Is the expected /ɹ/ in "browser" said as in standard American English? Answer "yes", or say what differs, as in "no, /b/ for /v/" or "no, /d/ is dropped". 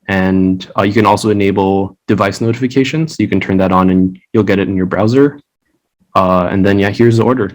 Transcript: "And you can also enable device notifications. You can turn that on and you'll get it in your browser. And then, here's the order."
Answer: yes